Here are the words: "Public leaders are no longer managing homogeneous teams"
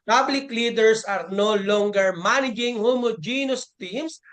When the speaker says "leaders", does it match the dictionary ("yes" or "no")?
no